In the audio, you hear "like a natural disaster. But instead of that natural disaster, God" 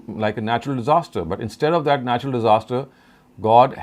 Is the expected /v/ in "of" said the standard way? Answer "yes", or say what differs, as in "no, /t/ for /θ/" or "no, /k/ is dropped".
yes